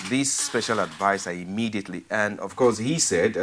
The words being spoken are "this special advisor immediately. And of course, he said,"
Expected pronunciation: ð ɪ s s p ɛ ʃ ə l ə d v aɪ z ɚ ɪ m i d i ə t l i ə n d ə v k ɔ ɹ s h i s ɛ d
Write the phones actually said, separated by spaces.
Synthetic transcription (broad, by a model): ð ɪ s s p ɛ ʃ ə l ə d v aɪ s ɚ ɪ m i d i ə t l i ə n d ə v k ɔ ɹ s h i s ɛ d